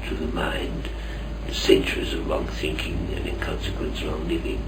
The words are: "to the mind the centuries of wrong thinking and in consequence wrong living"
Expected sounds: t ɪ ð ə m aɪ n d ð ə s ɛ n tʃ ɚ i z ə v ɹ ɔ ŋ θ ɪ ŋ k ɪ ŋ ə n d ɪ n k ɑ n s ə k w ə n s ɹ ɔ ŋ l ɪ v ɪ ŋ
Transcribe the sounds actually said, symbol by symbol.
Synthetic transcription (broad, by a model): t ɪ ð ə m aɪ n d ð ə s ɛ n tʃ ɚ i z ə v ɹ ɔ ŋ θ ɪ ŋ k ɪ ŋ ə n ɪ n k ɑ n s ə k w ə n s ɹ ɔ ŋ l ɪ v ɪ ŋ